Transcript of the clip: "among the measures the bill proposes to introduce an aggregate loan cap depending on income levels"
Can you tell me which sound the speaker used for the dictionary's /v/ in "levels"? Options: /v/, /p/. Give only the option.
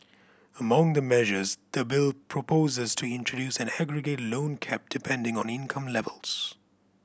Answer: /v/